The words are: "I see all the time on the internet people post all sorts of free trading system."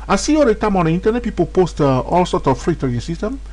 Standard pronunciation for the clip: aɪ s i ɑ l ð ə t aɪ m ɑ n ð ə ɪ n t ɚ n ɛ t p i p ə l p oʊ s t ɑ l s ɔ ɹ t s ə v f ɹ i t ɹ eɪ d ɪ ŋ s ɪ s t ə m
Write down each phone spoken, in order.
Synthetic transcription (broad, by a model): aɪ s i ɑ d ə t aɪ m ɑ n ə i n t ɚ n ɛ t p i p ə l p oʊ s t ɑ l s ɔ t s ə f f ɹ i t eɪ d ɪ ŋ s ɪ s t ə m